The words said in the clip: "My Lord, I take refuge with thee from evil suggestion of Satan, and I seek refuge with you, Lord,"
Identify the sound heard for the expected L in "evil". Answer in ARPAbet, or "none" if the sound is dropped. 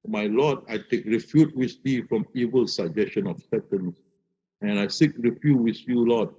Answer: L